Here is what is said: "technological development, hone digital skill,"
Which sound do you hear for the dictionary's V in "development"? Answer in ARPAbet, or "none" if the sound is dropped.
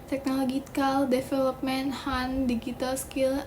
F